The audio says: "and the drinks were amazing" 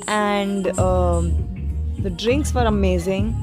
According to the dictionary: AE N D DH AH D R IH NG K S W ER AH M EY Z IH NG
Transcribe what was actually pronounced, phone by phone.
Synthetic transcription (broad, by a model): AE N D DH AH D R IH NG K S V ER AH M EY Z IH NG